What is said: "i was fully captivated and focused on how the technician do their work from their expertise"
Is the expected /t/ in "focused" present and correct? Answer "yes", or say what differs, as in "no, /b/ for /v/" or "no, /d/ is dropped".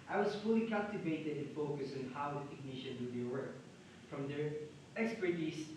no, /t/ is dropped